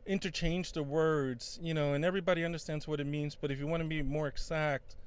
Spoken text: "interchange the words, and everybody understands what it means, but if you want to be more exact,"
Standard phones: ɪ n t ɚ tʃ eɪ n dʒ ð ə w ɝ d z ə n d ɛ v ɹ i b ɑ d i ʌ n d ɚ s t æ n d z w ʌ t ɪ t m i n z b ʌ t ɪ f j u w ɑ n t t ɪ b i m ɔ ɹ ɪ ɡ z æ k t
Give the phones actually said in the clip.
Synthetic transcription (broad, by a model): ɪ n t ɚ tʃ eɪ n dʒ ð ə w ɝ d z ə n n ɛ v ɹ i b ɑ d i ʌ n d ɚ s t æ n d z w ʌ t ɪ t m i n z b ʌ t ɪ f j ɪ w ɑ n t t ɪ b i m ɔ ɹ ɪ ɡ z æ k t